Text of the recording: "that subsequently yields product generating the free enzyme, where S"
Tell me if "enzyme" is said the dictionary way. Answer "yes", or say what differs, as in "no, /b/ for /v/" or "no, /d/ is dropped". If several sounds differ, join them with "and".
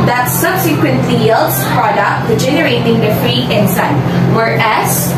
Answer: no, /s/ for /z/